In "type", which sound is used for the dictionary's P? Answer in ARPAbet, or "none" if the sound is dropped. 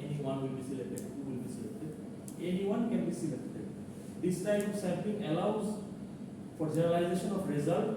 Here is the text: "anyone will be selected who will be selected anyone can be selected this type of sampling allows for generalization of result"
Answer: none